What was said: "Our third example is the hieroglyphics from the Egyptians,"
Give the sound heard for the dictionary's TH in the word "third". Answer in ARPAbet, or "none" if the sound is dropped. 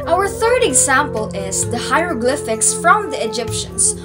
TH